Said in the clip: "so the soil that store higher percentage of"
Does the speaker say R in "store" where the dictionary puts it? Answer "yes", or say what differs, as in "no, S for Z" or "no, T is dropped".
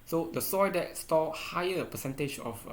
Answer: no, L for R